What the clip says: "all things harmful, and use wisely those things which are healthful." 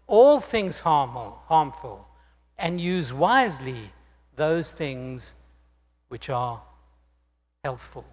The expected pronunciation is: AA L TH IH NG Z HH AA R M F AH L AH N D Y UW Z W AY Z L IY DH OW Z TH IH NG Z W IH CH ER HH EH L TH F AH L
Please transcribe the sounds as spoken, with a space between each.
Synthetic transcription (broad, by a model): AA L TH IH NG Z HH AA R M F AH L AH N Y UW Z W AY Z L IY DH OW Z TH IH NG Z W IH CH ER HH EH L TH F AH L